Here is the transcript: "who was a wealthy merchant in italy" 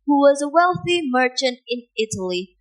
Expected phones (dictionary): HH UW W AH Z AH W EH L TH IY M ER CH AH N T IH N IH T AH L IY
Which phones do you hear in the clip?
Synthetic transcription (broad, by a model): HH UW W AH Z AH W EH L TH IY M ER CH AH N T IH N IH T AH L IY